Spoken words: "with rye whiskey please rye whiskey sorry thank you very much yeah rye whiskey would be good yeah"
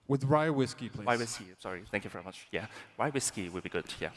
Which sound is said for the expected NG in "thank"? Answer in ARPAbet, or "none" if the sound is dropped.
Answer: NG